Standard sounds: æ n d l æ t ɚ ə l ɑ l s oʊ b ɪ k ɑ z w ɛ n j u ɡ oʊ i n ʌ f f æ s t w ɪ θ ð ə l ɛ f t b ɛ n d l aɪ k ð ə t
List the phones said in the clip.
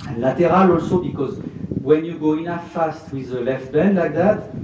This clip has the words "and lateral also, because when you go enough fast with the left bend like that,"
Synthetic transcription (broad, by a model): l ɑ t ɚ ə l ɑ l s oʊ b ɪ k ɑ z w ɛ n j u ɡ oʊ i n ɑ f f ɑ s t w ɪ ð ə l ɛ f t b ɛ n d l aɪ k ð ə t